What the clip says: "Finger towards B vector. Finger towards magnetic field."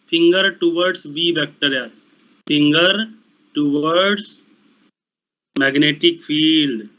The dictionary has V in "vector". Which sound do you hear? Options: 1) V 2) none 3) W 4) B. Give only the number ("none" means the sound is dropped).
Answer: 4